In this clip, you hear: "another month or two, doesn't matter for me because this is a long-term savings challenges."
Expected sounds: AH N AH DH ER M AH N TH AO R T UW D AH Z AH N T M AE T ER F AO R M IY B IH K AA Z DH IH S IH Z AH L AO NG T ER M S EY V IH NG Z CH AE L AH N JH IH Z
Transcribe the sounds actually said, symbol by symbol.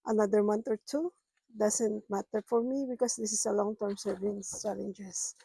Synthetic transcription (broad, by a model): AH N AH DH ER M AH N T AO R T UW D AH S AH N T M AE T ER F AO R M IY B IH K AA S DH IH S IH S AH L AO NG T ER M S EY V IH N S CH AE L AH N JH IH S